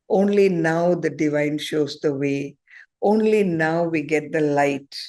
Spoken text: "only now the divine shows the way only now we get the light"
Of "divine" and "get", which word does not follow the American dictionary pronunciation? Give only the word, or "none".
none